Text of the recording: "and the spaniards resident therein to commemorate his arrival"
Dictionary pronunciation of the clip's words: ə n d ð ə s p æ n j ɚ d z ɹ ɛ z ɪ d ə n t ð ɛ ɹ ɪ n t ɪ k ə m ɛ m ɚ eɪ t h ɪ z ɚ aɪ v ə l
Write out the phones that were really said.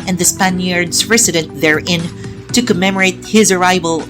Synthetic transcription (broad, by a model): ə n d ð ə s p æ n j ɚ d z ɹ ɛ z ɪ d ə n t ð ɛ ɹ ɪ n t ɪ k ə m ɛ m ɚ eɪ t h ɪ z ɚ aɪ v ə l